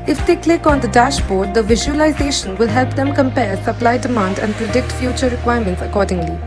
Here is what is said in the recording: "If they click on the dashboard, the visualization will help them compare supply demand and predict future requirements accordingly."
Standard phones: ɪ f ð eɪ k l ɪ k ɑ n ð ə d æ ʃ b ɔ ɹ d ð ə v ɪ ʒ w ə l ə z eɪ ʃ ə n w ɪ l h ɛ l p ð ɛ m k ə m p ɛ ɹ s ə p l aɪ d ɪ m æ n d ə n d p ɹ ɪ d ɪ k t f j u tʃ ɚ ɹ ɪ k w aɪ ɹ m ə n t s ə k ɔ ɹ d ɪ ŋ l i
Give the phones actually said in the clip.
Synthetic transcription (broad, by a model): ɪ f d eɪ k l ɪ k ɑ n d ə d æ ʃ b ɔ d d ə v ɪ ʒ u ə l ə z eɪ ʃ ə n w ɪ l h ɛ l p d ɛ m k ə m p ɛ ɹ s ə p l aɪ d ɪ m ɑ n d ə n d p ɹ ɪ d ɪ k t f j u tʃ ɚ ɹ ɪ k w aɪ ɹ m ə n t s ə k ɔ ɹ d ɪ ŋ l i